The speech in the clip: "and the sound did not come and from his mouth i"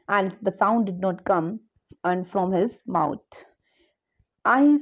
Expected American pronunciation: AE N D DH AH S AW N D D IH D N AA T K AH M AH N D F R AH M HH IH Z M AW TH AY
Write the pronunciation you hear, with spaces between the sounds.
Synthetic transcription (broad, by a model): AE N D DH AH S AW N D D IH D N AA T K AH M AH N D F R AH M HH IH Z M AW T AY